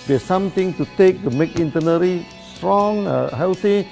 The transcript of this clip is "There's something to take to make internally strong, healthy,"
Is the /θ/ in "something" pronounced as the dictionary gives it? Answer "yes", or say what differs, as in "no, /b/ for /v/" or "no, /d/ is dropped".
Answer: no, /t/ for /θ/